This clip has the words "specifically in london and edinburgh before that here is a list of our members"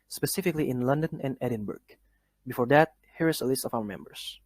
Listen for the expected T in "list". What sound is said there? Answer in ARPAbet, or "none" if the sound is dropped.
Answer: T